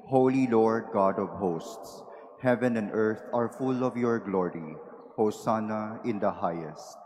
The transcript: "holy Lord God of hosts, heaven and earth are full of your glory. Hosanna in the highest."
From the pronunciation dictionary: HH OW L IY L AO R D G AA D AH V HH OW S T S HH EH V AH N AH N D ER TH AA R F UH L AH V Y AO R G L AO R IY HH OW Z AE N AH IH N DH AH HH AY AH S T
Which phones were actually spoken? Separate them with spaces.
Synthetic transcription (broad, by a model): HH OW L IY L AO R D G AA D AH V HH OW S T S HH EH V AH N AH N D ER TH AA R F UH L AH V Y AO R G L AO R IY HH OW S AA N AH IH N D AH HH AY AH S T